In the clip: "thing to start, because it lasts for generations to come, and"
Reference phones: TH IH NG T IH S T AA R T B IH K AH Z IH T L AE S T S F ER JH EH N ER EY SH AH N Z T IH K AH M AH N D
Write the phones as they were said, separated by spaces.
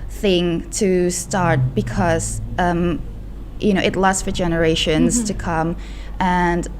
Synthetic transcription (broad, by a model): TH IH NG T IH S T AA R T B IH K AH Z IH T N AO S T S F ER JH EH N ER EY SH AH N Z T IH K AH M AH N